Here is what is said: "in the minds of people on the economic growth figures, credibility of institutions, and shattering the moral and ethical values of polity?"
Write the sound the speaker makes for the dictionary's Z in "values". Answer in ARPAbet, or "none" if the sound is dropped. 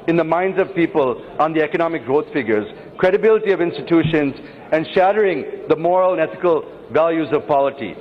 Z